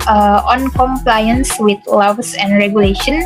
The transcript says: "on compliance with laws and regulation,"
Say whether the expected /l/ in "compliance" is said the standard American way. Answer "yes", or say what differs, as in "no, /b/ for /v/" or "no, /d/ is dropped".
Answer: yes